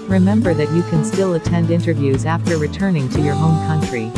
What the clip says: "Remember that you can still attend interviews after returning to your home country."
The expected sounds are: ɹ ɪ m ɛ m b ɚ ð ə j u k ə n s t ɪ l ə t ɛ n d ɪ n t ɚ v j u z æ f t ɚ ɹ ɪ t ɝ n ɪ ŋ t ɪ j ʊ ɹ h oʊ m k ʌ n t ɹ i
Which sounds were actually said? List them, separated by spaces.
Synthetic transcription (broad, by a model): ɹ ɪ m ɛ m b ɚ ð ə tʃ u k ə n s t ɪ l ə t ɛ n d ɪ n t ɚ v j u z æ f t ɚ ɹ ɪ t ɝ n ɪ ŋ t ɪ j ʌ ɹ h oʊ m k ʌ n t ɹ i